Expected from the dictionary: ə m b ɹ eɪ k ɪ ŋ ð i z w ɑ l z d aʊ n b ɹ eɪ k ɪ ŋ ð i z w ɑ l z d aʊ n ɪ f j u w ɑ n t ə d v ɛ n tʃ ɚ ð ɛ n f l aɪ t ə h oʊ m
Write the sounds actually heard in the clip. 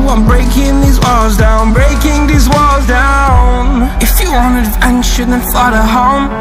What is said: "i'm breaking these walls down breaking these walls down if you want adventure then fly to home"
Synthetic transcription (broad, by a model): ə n b ɹ eɪ k ɪ ŋ ð i z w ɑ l z d aʊ n b ɹ eɪ k ɪ ŋ ð i z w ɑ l z d aʊ n ɪ f j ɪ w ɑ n ə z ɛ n ʃ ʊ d n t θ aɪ t ə h oʊ m